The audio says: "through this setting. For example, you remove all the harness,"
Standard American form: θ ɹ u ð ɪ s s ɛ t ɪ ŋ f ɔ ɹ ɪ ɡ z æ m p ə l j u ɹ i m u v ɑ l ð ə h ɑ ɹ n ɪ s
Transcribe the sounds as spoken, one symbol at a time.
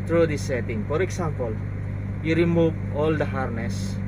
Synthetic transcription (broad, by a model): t ɹ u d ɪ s s ɛ t ɪ ŋ f ɔ ɹ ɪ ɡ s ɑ m p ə l j u ɹ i m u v ɑ l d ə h ɑ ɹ n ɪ s